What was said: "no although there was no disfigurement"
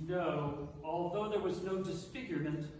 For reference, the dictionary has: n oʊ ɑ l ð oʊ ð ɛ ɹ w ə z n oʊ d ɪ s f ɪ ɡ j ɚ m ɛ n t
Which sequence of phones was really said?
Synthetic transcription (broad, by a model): n oʊ ɑ l ð oʊ ð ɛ ɹ w ə z n oʊ d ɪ s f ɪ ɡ j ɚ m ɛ n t